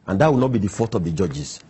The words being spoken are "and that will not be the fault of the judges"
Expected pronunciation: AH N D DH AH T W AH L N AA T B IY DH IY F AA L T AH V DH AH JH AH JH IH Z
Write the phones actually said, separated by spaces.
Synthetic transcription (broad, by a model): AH N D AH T W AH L N AA T B IY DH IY F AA T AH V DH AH JH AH JH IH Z